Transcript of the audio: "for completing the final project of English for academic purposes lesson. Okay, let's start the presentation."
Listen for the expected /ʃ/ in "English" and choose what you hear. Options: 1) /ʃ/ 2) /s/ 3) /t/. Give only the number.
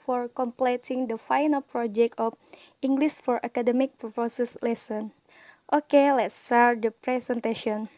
2